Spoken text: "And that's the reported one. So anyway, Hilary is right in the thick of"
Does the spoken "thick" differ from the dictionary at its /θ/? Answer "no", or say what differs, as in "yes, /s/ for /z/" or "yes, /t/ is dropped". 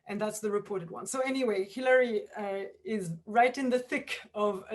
no